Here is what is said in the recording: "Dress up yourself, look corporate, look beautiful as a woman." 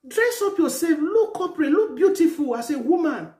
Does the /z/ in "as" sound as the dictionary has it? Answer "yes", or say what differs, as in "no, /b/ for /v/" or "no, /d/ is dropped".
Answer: no, /s/ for /z/